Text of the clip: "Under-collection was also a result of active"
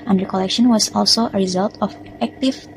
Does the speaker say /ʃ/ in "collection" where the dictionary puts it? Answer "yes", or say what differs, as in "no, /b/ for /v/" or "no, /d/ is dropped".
yes